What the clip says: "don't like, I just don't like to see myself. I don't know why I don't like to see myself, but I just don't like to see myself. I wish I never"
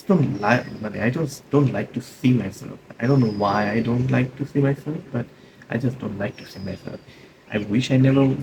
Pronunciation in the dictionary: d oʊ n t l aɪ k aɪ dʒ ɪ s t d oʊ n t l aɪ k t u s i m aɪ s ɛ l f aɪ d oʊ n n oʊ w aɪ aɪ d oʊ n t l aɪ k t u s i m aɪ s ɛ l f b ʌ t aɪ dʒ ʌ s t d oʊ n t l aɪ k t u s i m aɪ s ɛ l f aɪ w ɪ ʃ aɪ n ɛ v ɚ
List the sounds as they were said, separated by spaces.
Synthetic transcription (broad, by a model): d oʊ n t l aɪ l aɪ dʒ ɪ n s d oʊ n t l aɪ k t u s i m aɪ s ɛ l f aɪ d oʊ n n oʊ w aɪ aɪ d oʊ n t l aɪ k t u s i m aɪ s ɛ l f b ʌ t aɪ dʒ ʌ s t d oʊ n t l aɪ k t u s i m aɪ s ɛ l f aɪ w ɪ ʃ aɪ n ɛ v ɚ